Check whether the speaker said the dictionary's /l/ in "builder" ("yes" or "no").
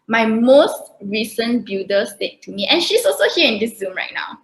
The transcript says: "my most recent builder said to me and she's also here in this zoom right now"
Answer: no